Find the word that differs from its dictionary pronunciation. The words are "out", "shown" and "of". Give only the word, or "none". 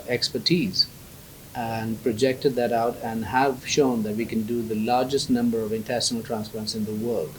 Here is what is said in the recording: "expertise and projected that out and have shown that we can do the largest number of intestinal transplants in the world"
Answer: none